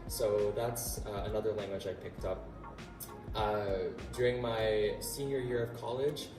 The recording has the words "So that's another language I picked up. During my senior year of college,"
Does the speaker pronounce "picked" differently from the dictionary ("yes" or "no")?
no